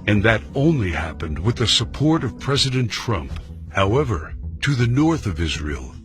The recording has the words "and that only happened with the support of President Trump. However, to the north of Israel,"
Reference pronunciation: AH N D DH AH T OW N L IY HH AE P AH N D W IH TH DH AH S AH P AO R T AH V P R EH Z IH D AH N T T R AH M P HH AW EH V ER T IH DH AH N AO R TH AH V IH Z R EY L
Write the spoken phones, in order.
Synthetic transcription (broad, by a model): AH N DH AH T OW N L IY HH AE P AH N D W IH DH AH S AH P AO R T AH V P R EH Z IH D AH N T T R AH M P HH AW EH V ER T IH DH AH N AO R TH AH V IH Z R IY L